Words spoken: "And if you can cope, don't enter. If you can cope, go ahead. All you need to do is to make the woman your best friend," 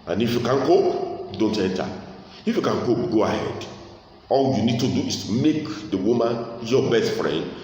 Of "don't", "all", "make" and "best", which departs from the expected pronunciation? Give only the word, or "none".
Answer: none